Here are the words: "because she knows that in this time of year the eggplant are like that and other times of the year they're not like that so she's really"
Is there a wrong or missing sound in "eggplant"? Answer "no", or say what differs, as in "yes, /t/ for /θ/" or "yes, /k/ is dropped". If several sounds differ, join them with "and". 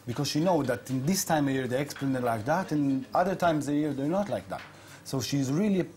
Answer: yes, /t/ is dropped